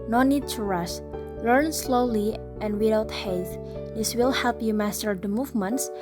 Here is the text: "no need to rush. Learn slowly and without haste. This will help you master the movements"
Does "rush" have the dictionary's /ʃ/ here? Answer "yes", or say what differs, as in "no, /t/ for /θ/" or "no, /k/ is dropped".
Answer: no, /s/ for /ʃ/